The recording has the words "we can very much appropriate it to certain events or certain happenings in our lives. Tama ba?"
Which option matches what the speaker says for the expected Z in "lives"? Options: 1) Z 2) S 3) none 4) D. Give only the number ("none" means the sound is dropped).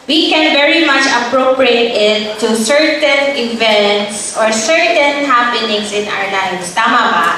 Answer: 2